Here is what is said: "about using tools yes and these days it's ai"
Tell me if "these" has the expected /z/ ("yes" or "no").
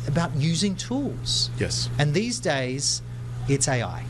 yes